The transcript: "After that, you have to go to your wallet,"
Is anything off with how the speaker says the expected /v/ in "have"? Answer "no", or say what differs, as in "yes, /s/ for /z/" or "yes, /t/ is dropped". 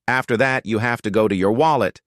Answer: yes, /f/ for /v/